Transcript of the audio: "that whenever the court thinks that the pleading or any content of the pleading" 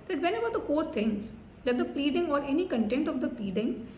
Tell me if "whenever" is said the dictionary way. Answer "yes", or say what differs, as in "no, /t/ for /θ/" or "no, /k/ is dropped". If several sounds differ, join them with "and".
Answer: no, /b/ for /v/